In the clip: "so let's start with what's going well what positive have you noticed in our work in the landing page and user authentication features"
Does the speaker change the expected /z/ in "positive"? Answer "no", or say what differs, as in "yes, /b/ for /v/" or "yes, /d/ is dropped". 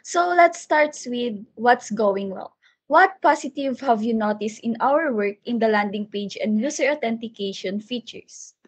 yes, /s/ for /z/